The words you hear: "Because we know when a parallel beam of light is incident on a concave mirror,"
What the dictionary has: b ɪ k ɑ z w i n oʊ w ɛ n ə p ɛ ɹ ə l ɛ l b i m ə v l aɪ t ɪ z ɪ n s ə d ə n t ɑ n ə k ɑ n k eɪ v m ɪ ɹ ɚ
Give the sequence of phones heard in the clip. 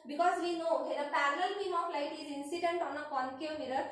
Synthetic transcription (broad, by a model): b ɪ k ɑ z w i n oʊ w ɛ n ə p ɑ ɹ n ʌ l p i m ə p l aɪ t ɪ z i n s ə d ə n t ɑ n ə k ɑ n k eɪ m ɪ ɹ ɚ